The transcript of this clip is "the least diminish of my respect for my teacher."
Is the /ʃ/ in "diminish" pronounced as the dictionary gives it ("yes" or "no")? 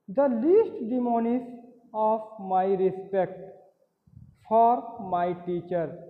no